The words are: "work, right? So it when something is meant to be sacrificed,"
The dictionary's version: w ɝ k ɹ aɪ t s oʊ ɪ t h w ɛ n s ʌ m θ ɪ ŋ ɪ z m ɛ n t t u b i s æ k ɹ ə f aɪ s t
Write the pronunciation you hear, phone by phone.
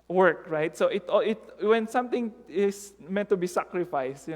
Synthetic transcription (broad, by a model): w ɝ k ɹ aɪ t s oʊ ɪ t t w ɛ n s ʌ m t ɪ ŋ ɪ s m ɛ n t t u b i s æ k ɹ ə f aɪ s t